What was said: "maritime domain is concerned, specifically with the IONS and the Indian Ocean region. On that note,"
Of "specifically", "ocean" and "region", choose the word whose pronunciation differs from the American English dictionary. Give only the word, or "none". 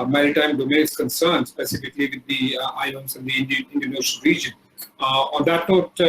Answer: ocean